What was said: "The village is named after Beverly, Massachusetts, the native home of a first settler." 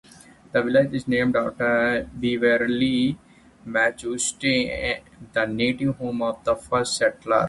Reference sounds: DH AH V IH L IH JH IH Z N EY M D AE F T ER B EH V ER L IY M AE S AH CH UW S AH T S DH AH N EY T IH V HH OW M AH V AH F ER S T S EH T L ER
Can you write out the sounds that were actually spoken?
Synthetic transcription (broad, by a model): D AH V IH L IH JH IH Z N EY M D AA T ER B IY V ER L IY M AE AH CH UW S T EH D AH N EY T IH V HH OW M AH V AH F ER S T S EH T L ER